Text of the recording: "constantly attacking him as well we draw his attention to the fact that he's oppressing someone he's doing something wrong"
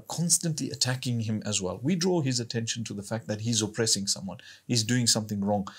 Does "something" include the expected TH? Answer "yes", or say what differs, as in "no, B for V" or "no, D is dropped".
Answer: yes